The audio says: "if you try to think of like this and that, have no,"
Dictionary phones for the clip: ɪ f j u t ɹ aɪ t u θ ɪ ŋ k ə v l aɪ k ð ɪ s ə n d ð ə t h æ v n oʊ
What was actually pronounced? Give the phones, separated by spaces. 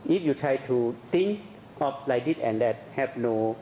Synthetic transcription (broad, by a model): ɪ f j u t ɹ aɪ t u t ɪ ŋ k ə p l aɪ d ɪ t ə n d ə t h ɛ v n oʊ